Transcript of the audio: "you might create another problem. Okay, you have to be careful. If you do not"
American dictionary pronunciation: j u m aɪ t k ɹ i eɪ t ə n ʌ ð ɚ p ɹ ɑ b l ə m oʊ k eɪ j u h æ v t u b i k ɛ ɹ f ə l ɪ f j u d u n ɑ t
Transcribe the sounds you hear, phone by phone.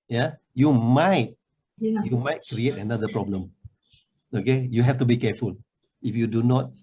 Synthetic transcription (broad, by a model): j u m aɪ t k ɹ i eɪ t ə n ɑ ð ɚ p ɹ ɑ b l ə m oʊ k eɪ j u h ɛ f t u b i k ɛ f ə l ɪ f j u d u n ɑ t